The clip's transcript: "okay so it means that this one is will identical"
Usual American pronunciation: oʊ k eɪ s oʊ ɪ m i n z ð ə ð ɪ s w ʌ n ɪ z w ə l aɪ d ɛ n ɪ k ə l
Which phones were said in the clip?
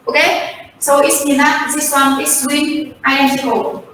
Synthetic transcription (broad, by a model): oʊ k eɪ s oʊ ɪ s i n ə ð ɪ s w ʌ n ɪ s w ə n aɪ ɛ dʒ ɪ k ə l